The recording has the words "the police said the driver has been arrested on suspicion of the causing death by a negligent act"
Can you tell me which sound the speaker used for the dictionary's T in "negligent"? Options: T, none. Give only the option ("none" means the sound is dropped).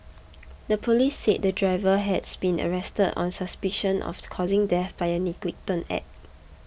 none